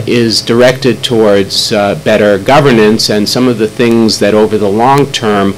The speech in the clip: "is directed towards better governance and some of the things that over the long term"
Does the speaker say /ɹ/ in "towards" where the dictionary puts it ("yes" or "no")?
yes